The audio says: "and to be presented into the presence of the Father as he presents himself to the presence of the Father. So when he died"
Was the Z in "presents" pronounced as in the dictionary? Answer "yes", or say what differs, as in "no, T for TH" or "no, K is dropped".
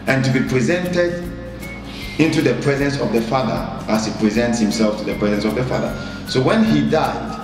yes